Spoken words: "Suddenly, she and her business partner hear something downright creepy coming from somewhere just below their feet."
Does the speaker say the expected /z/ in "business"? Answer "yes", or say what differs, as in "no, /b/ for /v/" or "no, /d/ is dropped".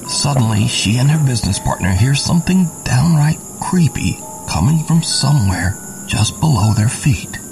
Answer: yes